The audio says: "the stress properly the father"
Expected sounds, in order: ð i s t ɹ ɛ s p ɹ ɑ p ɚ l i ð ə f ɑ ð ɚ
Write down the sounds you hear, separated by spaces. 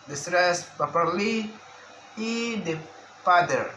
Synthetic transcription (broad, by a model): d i s t ɹ ɛ s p ɑ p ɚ l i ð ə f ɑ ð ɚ